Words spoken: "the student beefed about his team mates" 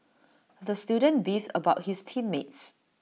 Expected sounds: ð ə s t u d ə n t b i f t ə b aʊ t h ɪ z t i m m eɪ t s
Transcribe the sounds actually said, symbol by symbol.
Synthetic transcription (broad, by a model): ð ə s t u d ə n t b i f ə b aʊ t h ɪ s t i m m eɪ t s